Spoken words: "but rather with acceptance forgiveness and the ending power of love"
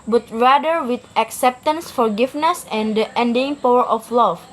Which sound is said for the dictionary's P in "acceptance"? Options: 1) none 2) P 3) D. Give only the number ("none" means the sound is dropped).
2